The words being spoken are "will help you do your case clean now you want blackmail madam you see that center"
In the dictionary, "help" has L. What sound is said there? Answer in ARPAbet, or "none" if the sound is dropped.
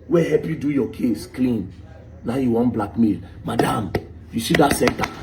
none